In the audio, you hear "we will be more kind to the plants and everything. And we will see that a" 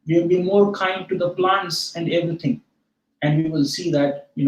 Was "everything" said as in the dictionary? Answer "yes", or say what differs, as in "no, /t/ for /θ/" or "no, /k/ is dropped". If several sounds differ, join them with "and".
no, /t/ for /θ/